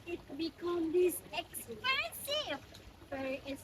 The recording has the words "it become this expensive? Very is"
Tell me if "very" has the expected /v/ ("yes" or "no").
no